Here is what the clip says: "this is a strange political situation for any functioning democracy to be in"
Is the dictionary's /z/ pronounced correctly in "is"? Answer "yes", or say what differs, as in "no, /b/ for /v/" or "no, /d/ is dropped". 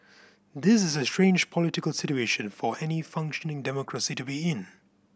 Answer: yes